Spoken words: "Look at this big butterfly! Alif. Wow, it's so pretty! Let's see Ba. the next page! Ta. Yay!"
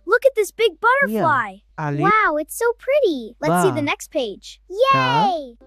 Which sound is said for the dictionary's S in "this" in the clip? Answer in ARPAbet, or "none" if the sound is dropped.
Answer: S